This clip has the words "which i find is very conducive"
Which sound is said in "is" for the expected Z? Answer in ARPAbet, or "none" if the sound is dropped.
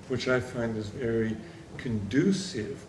Z